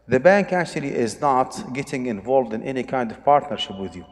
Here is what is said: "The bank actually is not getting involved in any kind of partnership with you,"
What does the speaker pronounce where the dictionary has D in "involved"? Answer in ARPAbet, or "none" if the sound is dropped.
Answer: D